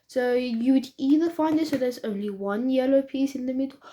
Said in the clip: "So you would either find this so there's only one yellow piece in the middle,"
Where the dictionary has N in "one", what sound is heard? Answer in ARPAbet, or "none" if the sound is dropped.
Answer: N